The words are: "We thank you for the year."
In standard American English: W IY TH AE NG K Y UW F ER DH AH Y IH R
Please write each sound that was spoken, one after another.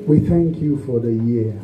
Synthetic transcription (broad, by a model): W IY TH AE NG K Y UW F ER DH AH Y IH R